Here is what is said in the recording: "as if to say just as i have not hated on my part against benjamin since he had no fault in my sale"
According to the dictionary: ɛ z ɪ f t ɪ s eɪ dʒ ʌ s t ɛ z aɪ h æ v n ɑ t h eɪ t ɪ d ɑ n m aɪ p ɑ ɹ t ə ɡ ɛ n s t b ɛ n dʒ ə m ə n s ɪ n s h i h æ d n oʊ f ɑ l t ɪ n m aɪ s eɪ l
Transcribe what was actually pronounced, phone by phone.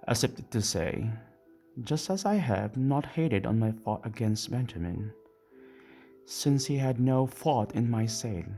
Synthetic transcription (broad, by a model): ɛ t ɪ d t ɪ s eɪ dʒ ʌ s t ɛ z aɪ h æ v n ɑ t h eɪ t ɪ d ɑ n m aɪ f ɑ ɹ t ə ɡ ɛ n s t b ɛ n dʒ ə m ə n s ɪ n s h i h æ d n oʊ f ɑ t ɪ n m aɪ s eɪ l